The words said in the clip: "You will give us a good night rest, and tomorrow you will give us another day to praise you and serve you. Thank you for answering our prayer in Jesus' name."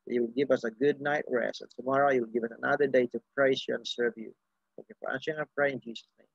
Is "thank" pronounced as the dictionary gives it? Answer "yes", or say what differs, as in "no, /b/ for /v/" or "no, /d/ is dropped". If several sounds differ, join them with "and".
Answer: no, /ŋ/ is dropped